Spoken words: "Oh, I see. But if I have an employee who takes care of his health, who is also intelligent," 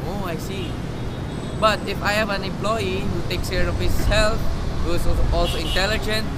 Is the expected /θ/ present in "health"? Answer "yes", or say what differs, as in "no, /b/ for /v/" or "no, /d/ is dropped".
no, /f/ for /θ/